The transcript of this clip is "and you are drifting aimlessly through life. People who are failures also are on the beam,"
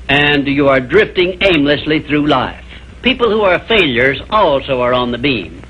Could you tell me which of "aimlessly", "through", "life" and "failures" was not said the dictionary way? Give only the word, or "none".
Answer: none